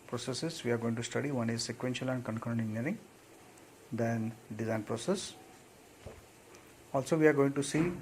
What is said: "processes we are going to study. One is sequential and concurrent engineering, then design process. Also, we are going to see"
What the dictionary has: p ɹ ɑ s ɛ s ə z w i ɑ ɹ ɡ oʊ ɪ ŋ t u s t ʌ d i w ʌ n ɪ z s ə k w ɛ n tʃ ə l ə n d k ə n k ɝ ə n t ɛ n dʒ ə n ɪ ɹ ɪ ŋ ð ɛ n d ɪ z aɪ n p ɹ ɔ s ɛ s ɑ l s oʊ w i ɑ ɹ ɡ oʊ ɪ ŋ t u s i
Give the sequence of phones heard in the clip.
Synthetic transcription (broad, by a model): p ɹ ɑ s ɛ s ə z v i ɑ ɹ ɡ oʊ ɪ ŋ t u s t ʌ d i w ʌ n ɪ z s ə k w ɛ n ʃ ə l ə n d k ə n k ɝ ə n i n ə ɹ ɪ ŋ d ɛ n d ɪ z aɪ n p ɹ ɔ s ɛ s ɑ l s oʊ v i ɑ ɹ ɡ oʊ ɪ ŋ t u s i